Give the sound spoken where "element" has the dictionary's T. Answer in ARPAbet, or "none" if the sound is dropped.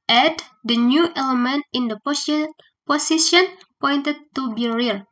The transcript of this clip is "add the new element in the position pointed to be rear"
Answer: T